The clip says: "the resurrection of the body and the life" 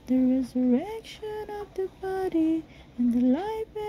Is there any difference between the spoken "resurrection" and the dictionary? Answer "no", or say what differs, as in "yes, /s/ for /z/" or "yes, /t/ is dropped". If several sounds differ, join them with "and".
no